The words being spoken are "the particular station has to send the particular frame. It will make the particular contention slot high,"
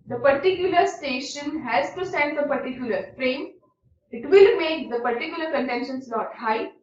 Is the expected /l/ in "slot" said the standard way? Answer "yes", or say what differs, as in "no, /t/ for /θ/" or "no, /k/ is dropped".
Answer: no, /n/ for /l/